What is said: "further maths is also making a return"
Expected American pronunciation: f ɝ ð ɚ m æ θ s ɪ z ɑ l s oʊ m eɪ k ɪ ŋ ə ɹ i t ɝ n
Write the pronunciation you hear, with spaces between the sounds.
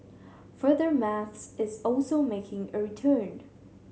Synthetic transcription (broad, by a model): f ɝ ð ɚ m æ θ s ɪ z ɑ l s oʊ m eɪ k ɪ ŋ ə ɹ i t ɝ n